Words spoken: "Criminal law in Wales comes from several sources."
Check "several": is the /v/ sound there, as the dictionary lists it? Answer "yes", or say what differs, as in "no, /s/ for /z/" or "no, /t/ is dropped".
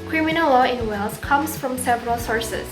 yes